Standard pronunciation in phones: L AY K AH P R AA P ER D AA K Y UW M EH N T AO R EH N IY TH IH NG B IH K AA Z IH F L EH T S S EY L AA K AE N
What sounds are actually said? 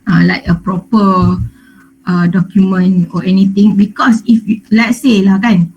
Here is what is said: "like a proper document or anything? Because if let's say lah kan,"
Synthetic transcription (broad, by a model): L AY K AH P R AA P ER D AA K Y UW M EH N AO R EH N IY T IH NG B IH K AA S IH F L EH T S S EY L AA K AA N